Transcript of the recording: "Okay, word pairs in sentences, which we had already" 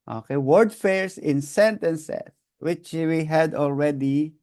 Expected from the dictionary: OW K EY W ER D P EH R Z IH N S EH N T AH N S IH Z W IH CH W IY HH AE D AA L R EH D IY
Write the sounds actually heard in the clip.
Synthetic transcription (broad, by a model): OW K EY W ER D F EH R S IH N S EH N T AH N S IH S W IH CH W IY HH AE D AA L R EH D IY